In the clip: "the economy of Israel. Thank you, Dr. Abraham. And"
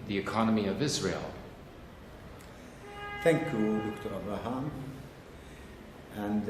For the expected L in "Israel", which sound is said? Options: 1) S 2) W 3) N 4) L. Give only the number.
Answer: 4